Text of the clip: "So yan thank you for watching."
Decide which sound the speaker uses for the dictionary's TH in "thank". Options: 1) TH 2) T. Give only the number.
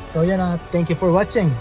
2